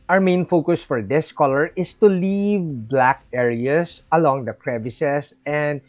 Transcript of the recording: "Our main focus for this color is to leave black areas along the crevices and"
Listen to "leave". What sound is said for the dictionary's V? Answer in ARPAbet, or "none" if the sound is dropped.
V